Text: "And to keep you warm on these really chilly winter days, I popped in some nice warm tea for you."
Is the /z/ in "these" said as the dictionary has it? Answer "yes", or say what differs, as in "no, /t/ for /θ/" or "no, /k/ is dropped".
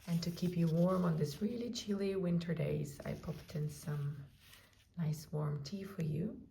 no, /s/ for /z/